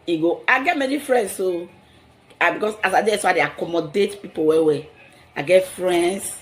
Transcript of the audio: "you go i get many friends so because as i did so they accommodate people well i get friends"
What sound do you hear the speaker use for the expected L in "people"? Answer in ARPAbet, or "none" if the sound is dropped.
W